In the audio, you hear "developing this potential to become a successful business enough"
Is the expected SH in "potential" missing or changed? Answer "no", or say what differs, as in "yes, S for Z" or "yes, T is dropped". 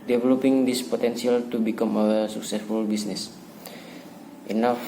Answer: yes, S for SH